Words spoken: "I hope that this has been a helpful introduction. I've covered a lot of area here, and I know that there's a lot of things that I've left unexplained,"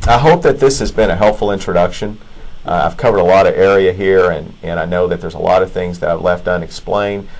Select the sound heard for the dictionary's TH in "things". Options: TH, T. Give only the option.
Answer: TH